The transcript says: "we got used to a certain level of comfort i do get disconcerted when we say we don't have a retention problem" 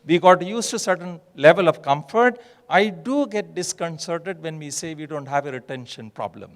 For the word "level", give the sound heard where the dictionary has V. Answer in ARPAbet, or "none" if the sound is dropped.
V